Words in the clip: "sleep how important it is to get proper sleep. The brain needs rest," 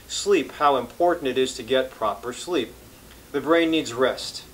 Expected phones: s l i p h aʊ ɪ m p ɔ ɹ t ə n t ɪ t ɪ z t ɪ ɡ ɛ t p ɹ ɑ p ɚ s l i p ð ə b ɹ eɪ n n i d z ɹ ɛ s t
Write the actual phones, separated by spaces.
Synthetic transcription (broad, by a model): s l i p h aʊ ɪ m p ɔ ɹ t n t ɪ t ɪ z t ɪ ɡ ɛ t p ɹ ɑ p ɚ s l i p ð ə b ɹ eɪ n n i d z ɹ ɛ s t